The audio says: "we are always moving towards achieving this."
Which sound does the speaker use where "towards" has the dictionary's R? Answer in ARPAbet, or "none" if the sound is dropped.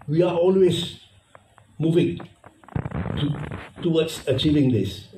W